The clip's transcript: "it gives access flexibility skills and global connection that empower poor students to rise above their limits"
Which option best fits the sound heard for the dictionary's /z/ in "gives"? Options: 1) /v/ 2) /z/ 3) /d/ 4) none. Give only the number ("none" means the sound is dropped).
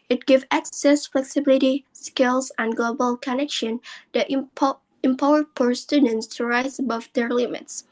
4